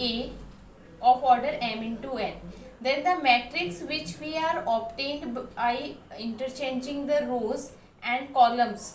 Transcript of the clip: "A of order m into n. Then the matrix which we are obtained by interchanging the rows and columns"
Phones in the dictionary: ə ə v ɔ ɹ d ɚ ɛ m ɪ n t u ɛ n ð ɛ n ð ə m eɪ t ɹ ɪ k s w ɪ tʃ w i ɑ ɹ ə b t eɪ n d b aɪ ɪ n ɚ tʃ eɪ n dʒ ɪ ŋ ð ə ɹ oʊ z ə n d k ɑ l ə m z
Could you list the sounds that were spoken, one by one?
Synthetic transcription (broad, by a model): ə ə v ɔ ɹ d ɚ ɛ m ɪ n t u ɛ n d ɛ n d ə m eɪ t ɹ ɪ k s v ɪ tʃ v i ɑ ɹ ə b t eɪ n d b aɪ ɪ n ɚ tʃ eɪ n dʒ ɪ ŋ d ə ɹ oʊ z ə n d k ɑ l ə m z